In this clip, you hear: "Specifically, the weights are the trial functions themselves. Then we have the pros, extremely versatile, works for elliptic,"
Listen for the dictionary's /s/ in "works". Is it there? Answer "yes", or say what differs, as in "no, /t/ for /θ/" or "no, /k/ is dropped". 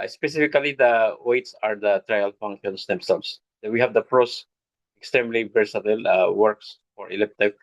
yes